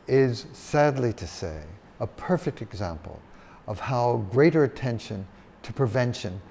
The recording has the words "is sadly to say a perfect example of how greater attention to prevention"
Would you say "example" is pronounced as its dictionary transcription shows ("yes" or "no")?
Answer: yes